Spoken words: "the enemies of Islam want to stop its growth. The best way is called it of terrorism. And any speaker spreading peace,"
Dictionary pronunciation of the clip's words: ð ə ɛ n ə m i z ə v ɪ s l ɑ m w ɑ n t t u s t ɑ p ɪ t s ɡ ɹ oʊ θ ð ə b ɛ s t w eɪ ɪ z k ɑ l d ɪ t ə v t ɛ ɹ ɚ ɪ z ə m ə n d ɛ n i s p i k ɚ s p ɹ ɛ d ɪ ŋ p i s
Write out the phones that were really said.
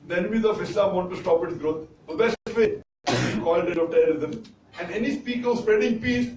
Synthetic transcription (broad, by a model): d ɛ n ə m i z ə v ɪ s l ɑ m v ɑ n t t u s t ɑ p ɪ t s ɡ ɹ oʊ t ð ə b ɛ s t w eɪ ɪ k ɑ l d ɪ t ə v t ɛ ɹ ɚ ɪ z ə m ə n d ɛ n i s p i k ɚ s p ɹ ɛ d ɪ ŋ p i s